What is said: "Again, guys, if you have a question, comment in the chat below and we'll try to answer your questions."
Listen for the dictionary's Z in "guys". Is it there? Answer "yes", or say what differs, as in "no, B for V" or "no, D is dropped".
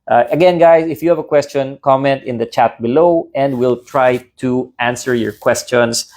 no, S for Z